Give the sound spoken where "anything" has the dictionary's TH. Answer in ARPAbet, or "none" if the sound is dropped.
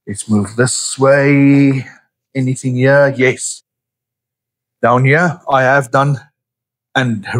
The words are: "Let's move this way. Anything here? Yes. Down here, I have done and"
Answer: TH